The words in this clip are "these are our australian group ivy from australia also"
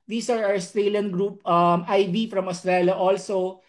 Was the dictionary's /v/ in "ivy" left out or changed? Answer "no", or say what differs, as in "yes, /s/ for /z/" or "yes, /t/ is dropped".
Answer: yes, /b/ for /v/